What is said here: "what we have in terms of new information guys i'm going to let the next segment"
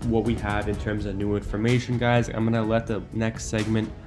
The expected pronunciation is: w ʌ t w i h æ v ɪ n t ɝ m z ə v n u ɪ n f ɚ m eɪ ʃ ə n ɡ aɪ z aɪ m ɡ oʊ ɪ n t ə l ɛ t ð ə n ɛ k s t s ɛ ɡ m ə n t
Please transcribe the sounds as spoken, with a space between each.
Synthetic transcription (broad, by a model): w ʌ t w i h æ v ɪ n t ɝ m z ə v n u ɪ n f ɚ m eɪ ʃ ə n ɡ aɪ z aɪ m ɡ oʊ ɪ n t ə l ɛ t ð ə n ɛ k s t s ɛ ɡ m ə n t